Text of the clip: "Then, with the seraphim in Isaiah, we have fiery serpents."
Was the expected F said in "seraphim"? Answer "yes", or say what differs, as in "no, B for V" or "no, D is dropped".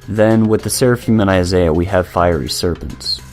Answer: yes